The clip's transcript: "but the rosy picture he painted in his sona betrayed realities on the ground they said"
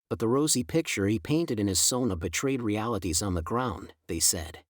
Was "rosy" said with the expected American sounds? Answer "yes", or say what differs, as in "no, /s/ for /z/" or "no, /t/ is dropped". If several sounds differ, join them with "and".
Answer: yes